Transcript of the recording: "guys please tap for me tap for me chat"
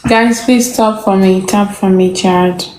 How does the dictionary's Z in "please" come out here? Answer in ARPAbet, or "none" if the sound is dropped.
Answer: S